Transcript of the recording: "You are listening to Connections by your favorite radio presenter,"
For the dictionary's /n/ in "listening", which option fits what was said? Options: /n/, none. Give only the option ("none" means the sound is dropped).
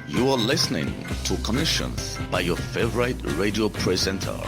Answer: /n/